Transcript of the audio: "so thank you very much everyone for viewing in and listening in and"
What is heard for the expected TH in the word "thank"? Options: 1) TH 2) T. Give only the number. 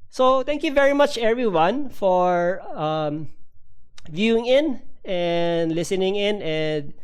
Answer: 2